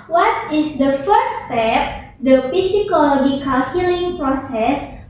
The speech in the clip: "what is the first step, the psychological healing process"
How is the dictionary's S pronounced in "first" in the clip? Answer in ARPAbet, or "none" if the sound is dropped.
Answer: none